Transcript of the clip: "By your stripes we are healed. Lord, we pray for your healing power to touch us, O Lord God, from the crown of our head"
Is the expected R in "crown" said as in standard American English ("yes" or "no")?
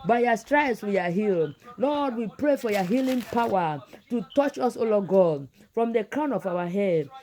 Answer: yes